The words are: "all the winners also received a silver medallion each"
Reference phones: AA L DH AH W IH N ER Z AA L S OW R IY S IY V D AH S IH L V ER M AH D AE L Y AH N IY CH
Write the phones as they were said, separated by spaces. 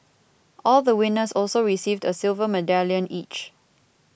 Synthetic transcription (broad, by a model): AA L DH AH W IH N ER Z AA L S OW R IY S IY V D AH S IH L V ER M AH D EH L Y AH N IY CH